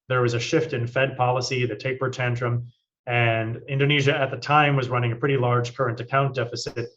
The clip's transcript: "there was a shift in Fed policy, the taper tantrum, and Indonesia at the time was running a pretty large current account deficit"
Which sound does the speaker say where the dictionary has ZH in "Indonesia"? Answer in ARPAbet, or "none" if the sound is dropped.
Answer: ZH